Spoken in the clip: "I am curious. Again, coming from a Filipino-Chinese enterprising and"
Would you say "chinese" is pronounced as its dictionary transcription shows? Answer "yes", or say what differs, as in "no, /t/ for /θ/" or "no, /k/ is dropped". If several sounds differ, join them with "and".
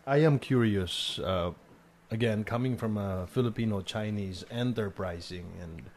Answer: yes